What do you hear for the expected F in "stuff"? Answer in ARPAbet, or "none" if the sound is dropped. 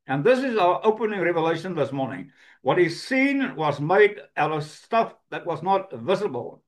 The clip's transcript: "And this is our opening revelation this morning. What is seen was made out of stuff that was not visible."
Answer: F